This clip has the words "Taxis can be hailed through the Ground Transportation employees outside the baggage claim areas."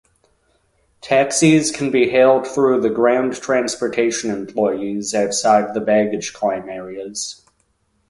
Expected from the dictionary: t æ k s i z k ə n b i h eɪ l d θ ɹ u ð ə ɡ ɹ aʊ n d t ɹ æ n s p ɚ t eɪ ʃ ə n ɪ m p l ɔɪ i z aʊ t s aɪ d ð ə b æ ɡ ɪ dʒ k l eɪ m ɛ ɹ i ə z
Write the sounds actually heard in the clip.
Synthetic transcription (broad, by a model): t æ k s i z k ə n b i h eɪ l d θ ɹ u ð ə ɡ ɹ aʊ n t ɹ æ n s p ɚ t eɪ ʃ ə n ɪ m p l ɔɪ i z aʊ t s aɪ d ð ə b æ ɡ ɪ dʒ k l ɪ m ɛ ɹ i ə z